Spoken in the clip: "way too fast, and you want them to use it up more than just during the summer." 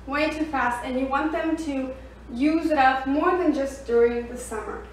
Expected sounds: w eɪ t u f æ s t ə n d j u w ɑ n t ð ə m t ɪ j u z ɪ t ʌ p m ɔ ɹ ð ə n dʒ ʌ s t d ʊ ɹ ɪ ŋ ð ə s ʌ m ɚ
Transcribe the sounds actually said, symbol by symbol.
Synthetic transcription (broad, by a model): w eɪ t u f æ s t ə n j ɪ w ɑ n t ð ə m t ɪ j u z ɪ t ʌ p m ɔ ɹ ð ə n dʒ ʌ s d ʊ ɹ ɪ ŋ ð ə s ʌ m ɚ